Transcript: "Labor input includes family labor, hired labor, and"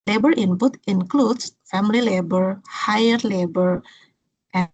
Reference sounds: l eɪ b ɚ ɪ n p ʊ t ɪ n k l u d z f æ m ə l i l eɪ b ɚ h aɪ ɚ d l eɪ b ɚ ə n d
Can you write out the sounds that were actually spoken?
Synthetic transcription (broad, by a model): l eɪ b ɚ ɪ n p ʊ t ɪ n k l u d s f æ m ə l i l eɪ b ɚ h aɪ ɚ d l eɪ b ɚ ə